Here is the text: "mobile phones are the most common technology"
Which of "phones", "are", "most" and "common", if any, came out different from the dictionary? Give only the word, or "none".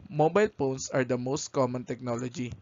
phones